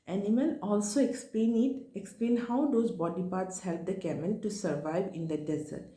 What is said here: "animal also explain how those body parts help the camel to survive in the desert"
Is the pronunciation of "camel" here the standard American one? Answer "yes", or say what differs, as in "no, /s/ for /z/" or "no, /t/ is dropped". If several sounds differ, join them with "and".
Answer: no, /n/ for /l/